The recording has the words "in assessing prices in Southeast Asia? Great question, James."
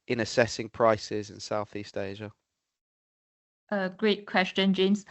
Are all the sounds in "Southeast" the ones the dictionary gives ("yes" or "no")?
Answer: yes